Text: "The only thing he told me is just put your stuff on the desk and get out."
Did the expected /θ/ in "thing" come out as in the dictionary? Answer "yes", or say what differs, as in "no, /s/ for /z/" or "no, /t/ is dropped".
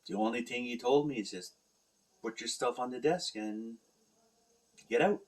yes